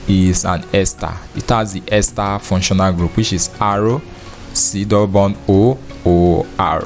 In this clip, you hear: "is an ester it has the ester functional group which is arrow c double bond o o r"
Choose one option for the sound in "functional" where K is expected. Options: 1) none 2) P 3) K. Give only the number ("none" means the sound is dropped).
1